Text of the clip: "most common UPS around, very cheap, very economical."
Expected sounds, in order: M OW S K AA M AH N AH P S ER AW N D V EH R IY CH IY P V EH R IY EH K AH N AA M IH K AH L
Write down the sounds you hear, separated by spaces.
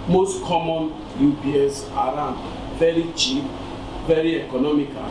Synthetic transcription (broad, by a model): M OW S K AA M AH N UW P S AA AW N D V EH R IY CH IY P V EH R IY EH K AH N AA M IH K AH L